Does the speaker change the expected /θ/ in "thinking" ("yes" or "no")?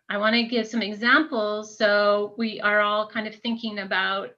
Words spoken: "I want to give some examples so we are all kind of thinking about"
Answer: no